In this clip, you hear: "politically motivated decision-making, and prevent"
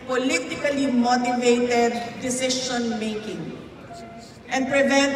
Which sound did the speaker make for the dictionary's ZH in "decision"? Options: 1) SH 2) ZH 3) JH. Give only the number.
1